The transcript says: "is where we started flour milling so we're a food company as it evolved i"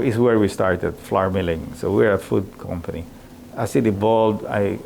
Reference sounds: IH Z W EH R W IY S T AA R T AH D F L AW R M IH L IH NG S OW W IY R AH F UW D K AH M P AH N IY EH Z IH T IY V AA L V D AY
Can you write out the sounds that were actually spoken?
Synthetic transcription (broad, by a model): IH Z W EH R W IY S T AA R T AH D F L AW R M IH L IH NG S OW W IY R AH F UW D K AH M P AH N IY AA S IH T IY B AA L D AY